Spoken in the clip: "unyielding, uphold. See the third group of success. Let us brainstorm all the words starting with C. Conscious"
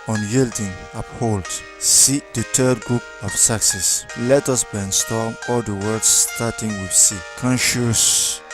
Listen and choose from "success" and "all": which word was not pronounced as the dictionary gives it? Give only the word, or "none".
none